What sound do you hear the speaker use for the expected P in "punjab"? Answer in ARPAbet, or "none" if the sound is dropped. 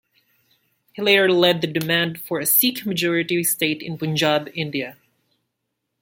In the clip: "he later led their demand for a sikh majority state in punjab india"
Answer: B